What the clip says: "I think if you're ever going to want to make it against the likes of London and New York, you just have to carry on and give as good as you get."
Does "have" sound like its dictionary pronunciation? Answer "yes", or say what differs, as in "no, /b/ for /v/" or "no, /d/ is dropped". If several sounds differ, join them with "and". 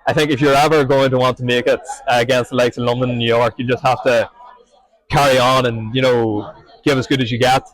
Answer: no, /f/ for /v/